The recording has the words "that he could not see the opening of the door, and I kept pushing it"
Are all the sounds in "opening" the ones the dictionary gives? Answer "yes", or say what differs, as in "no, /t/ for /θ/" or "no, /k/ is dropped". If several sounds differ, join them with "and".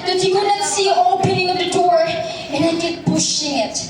yes